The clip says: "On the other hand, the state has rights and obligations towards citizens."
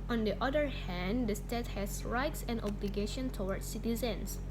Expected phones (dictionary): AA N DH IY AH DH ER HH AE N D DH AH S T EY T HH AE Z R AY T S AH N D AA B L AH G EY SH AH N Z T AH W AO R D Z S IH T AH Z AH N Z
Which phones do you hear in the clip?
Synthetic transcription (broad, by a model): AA N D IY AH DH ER HH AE N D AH S T EY T HH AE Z R AY T S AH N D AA B L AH G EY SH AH N T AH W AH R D S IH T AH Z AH N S